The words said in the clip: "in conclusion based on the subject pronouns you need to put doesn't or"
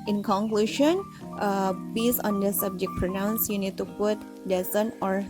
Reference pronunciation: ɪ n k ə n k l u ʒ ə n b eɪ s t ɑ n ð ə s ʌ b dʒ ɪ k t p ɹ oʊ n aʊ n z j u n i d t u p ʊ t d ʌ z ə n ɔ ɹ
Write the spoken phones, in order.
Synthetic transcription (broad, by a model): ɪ n k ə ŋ k l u ʃ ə n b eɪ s ɑ n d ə s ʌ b dʒ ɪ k p ɹ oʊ n aʊ n s j u n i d t u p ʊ t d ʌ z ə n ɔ ɹ